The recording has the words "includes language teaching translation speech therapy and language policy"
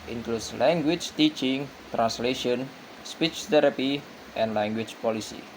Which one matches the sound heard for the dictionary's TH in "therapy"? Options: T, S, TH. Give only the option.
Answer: T